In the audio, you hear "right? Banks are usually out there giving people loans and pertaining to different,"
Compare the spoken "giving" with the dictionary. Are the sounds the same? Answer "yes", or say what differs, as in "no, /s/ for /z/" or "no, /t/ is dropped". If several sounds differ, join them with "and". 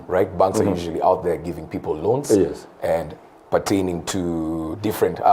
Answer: yes